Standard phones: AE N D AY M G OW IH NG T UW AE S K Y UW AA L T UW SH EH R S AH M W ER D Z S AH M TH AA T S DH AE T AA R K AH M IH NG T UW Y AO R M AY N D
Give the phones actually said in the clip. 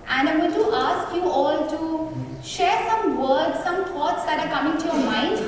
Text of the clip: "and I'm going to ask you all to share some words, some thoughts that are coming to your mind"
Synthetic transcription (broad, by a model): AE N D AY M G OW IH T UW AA S K Y UW AA L T UW SH EH R S AH M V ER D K S AH M T AA T S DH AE T AA R K AH M IH NG T UW Y AO R M AY N D